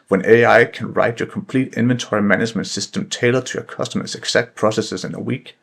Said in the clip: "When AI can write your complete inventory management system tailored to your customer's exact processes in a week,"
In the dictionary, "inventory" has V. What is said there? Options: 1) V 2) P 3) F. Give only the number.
1